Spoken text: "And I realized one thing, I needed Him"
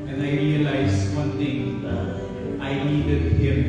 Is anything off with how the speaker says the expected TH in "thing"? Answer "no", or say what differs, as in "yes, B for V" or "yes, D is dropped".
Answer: yes, T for TH